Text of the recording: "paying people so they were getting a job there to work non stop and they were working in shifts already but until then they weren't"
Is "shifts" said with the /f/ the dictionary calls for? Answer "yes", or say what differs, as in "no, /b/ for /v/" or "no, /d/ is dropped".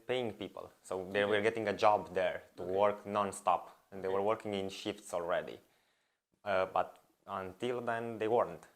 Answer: yes